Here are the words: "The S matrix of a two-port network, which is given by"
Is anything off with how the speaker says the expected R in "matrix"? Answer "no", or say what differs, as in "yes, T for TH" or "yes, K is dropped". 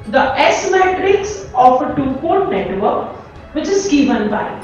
no